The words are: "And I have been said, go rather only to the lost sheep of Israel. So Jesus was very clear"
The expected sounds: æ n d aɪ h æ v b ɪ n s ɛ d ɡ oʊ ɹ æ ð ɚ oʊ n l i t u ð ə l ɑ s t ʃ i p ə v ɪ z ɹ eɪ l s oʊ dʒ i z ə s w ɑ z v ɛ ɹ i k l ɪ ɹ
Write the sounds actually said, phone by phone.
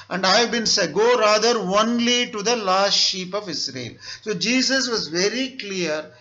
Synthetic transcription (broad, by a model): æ n d aɪ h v b ɪ n s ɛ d ɡ oʊ ɹ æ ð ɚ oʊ n l i t u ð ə l ɑ s t ʃ i p ə v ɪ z ɹ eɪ l s oʊ dʒ i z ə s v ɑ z v ɛ ɹ i k l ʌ ɹ